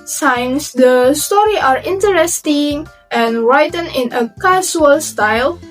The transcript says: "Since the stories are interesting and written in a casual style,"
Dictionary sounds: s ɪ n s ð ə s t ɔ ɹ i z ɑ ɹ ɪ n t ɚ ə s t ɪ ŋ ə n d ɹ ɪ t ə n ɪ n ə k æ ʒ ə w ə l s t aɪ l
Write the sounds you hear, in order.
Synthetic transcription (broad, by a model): s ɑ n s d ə s t ɔ ɹ i ɑ ɹ ɪ n t ɚ ə s t ɪ ŋ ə n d ɹ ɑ t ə n ɪ n ə k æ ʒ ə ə l s t aɪ l